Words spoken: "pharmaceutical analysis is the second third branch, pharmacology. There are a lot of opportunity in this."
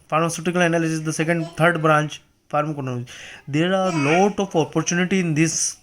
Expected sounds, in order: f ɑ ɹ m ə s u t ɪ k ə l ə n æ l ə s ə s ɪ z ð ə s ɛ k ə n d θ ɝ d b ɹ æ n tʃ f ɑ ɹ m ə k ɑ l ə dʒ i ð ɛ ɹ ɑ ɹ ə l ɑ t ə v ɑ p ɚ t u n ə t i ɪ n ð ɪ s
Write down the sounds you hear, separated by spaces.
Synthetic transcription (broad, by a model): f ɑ ɹ m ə s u t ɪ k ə l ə n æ l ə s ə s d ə s ɛ k ə n d t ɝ d b ɹ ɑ n tʃ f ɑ ɹ m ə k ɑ n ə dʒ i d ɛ ɹ ɑ ɹ l ɑ t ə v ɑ p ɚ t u n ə t i ɪ n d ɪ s